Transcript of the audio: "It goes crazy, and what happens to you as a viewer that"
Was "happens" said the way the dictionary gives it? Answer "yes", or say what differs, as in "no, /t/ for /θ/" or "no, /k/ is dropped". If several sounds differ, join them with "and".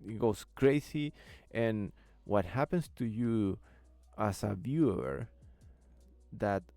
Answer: no, /s/ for /z/